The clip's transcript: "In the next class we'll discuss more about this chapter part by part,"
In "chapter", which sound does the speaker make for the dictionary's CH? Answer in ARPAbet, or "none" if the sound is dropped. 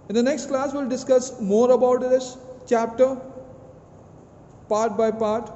CH